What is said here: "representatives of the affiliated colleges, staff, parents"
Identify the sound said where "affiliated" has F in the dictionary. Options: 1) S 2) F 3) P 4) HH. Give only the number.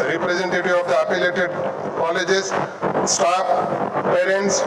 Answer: 3